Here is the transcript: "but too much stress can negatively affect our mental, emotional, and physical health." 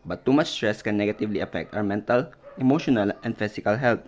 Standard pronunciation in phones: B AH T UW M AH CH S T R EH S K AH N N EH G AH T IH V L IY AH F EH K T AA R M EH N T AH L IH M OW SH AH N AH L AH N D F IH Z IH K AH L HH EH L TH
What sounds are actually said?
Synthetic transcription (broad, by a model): B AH T UW M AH CH S T R EH S K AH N N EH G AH T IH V L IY AH F EH K T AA W M EH N T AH L IH M OW SH AH N AH L AH N D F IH S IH K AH L HH EH L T